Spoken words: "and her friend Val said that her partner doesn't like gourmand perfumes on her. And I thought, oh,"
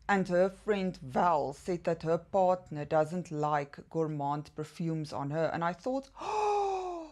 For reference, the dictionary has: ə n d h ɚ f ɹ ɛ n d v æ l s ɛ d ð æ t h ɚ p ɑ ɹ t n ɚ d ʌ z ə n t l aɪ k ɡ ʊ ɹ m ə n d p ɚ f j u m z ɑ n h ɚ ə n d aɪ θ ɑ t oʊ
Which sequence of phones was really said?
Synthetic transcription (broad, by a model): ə n d h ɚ f ɹ ɛ n d v æ l s ɛ d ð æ t h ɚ p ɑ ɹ t n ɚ d ʌ z ə n t l aɪ k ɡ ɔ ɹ m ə n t p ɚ f j u m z ɑ n h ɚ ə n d aɪ θ ɑ t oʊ